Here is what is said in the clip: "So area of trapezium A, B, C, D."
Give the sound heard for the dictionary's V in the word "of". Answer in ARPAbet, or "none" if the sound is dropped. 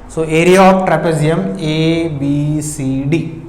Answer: P